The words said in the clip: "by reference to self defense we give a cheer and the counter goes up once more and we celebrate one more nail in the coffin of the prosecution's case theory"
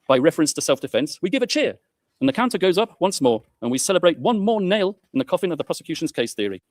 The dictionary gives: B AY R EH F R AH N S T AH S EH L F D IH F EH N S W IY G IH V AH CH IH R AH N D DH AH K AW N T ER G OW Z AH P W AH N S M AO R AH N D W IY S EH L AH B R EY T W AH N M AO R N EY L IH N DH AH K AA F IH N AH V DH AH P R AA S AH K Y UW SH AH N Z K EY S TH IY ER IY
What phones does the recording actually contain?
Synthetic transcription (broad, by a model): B AY R EH F R AH N S T AH S EH L F D IH F EH N S W IY G IH V AH CH IH R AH N DH AH K AW N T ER G OW Z AH P W AH N S M AO R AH N W IY S EH L AH B R EY T W AH N M AO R N EY L IH N DH AH K AA F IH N AH V DH AH P R AA S AH K Y UW SH AH N Z K EY S TH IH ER IY